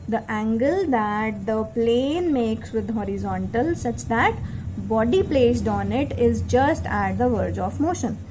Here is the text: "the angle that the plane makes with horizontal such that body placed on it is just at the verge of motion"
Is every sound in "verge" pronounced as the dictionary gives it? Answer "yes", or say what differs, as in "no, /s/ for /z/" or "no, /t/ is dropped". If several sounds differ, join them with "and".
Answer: yes